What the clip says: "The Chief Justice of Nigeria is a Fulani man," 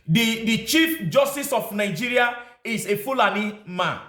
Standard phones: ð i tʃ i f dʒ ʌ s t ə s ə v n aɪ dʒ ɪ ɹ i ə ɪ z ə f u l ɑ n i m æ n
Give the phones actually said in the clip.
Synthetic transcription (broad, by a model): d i tʃ i f dʒ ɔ s t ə s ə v n aɪ dʒ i ɹ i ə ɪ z ə f u l ɑ n i m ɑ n